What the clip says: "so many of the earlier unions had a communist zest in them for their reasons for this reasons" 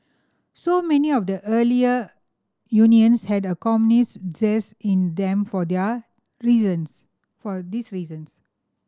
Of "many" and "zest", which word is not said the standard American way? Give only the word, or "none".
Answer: zest